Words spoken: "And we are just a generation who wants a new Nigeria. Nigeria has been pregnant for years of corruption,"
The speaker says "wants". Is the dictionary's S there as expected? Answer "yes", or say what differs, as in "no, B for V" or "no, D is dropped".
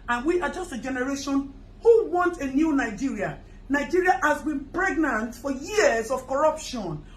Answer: no, S is dropped